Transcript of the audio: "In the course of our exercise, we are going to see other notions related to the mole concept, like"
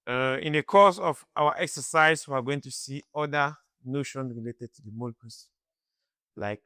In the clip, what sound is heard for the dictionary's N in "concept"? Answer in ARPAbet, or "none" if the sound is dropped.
none